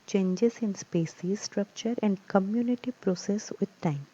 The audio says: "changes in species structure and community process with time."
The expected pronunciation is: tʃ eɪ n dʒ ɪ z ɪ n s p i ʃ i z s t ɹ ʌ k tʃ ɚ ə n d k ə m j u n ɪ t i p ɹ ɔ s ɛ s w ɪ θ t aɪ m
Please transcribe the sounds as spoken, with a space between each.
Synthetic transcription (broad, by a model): tʃ eɪ n dʒ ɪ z ɪ n s p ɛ s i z s t ɹ ʌ k tʃ ɚ ə n d k ə m j u n ɪ t i p ɹ ɔ s ɛ s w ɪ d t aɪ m